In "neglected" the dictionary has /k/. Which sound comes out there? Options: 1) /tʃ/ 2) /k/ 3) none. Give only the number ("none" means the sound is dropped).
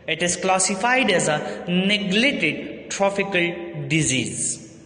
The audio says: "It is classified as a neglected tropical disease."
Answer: 3